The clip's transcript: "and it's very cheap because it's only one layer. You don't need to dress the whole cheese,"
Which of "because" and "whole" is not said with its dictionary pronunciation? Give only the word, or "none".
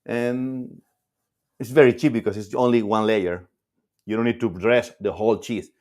because